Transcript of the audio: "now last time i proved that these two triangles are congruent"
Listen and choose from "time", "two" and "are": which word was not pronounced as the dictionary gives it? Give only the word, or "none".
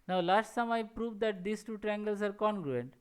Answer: time